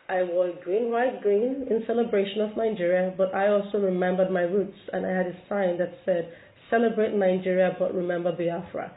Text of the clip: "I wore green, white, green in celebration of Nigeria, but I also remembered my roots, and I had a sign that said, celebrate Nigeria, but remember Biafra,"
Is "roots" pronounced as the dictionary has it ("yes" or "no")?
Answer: yes